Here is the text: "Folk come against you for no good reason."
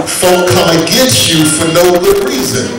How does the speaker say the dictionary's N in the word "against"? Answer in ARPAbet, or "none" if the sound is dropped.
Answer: none